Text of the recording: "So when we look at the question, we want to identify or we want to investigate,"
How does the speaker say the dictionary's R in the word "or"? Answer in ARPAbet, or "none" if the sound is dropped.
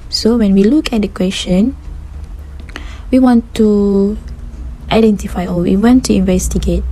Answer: L